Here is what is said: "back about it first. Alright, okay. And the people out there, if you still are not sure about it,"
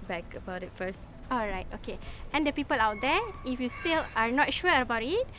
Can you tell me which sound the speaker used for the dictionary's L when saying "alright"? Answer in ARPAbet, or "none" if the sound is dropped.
L